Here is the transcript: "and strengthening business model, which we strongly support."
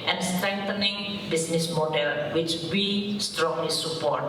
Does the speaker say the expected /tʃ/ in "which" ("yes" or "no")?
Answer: yes